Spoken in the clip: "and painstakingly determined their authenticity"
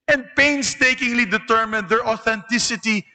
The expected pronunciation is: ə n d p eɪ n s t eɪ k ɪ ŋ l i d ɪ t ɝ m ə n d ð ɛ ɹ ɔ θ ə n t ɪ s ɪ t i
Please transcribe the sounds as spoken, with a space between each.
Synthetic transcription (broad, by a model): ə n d p eɪ n s t eɪ k ɪ ŋ l i d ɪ t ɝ m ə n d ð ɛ ɹ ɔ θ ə n t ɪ s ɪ t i